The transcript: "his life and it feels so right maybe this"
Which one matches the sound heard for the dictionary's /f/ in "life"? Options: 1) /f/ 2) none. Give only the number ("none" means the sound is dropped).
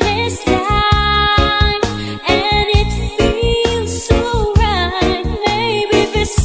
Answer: 2